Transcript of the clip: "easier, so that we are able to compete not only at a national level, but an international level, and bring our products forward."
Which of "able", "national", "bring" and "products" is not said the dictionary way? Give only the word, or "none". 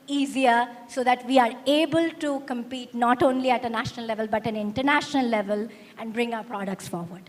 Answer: none